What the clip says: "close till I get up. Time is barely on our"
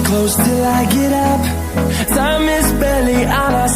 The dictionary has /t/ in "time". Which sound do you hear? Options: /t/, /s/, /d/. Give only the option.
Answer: /s/